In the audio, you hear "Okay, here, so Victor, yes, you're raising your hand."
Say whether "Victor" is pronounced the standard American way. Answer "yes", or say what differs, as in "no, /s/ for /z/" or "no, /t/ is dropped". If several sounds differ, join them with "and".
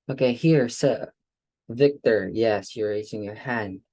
yes